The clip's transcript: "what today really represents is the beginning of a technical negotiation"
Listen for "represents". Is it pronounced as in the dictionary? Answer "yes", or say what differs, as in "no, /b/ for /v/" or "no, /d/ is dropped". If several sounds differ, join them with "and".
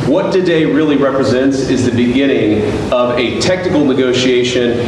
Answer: yes